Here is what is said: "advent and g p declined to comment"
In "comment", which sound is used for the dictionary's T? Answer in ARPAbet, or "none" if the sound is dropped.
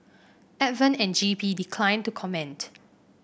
T